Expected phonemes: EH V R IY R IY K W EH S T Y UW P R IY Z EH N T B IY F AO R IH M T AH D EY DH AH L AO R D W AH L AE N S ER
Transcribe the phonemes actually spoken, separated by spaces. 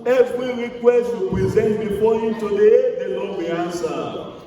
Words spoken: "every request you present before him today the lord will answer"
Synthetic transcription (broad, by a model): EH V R IY R IY K W EH S T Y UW P R IY Z EH N T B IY F AO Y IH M T AH D EY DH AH N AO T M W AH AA N S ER